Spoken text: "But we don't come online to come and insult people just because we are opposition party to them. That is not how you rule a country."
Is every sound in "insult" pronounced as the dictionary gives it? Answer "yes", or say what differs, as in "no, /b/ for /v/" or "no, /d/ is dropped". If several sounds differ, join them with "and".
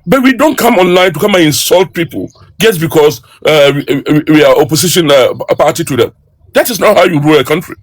yes